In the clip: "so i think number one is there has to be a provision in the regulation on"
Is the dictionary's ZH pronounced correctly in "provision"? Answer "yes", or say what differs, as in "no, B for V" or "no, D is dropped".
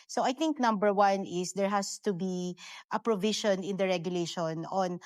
no, SH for ZH